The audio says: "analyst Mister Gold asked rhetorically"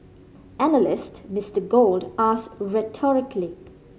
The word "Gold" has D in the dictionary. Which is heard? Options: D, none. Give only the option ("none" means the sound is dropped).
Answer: D